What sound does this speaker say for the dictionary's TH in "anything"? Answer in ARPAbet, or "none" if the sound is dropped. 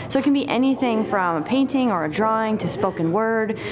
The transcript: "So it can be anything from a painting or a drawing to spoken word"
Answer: TH